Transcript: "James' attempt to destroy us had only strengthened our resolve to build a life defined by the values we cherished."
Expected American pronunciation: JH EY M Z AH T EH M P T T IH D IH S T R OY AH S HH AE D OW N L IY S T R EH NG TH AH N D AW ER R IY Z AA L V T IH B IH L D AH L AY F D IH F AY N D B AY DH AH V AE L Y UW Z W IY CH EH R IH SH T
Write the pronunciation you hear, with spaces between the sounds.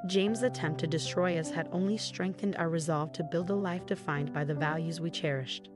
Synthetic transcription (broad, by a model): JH EY M Z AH T EH M P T T IH D IH S T R OY AH S HH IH D OW N L IY S T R EH NG TH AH N D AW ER R IY Z AA L V T IH B IH L D AH L AY F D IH F AY N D B AY DH AH V AE L Y UW Z W IY CH EH R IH SH T